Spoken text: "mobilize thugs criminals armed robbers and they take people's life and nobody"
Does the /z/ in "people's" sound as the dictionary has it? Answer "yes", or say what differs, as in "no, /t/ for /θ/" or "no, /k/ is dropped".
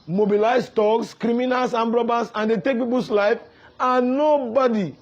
no, /s/ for /z/